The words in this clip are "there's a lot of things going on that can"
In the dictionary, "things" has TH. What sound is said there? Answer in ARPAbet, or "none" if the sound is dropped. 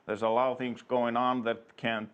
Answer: TH